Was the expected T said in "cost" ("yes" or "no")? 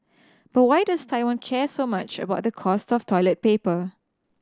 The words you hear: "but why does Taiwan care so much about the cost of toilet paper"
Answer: yes